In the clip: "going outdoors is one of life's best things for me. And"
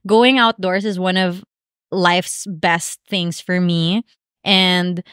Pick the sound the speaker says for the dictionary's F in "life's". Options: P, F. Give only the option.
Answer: F